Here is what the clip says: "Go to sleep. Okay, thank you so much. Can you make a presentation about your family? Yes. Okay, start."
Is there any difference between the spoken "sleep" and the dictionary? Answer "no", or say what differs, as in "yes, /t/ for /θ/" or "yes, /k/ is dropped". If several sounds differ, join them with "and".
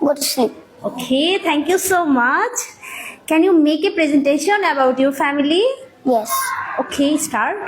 yes, /l/ is dropped and /p/ is dropped